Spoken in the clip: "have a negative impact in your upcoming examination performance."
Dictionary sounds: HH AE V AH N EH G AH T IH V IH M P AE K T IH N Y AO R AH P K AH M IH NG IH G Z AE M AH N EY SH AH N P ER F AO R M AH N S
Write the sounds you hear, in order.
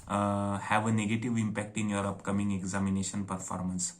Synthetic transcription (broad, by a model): HH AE V AH N EH G AH T IH V IH M P AE K T IH N Y AO R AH P K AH M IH NG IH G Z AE M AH N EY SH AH N P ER F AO R M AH N S